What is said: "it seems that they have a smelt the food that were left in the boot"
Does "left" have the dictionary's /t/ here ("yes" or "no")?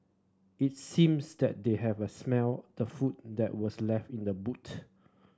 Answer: yes